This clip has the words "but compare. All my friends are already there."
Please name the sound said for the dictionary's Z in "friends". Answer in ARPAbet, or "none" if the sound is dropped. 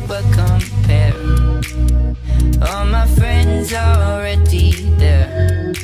Z